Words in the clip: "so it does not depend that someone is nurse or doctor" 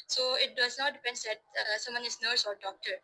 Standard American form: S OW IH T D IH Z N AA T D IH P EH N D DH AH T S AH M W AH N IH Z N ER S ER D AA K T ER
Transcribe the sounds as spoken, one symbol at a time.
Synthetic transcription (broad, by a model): S OW IH T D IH S N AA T D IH P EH N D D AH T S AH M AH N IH S N ER S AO D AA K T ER